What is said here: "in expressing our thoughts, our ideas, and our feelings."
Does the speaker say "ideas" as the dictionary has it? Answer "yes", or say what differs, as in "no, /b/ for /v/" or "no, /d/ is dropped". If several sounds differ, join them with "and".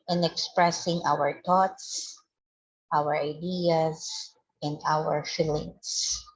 no, /s/ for /z/